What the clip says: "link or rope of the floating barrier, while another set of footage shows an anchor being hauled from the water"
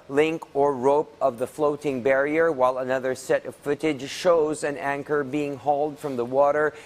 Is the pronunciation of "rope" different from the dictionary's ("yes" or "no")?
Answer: no